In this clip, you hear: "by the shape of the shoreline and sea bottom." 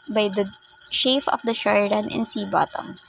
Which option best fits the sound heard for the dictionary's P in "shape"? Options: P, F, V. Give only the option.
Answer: F